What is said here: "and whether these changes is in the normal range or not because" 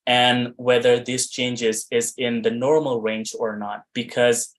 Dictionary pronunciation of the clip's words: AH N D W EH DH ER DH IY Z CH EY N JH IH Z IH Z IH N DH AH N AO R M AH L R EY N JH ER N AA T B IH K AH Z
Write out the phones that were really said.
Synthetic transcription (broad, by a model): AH N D W EH DH ER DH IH S CH EY N JH IH Z IH Z IH N DH AH N AO R M L R EY N JH ER N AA T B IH K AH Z